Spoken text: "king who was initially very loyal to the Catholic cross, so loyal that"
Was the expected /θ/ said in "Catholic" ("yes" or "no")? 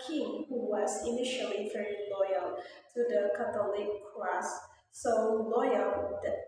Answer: no